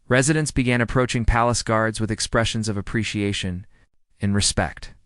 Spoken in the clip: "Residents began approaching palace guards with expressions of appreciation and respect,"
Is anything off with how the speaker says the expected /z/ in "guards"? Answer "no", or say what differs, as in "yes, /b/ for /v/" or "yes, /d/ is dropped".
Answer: no